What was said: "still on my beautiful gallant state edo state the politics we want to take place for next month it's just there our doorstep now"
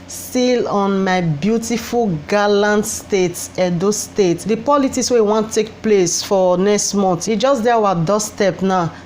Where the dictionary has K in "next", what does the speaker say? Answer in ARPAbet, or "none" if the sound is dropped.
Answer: K